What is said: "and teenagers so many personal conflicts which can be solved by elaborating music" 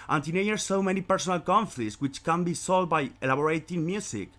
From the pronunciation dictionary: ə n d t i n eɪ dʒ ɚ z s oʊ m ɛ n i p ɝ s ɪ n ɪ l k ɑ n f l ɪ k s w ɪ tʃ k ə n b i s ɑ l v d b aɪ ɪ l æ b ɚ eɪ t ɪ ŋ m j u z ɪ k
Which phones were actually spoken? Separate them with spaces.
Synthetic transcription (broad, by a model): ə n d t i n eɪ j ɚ s oʊ m ɛ n i p ɝ s ɪ n ɪ l k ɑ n f l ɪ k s w ɪ tʃ k ə n b i s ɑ l d b aɪ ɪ l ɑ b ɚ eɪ t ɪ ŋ m j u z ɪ k